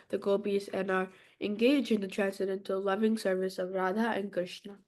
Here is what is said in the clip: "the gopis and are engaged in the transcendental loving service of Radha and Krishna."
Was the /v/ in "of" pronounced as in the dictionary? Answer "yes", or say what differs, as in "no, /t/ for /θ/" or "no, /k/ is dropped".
yes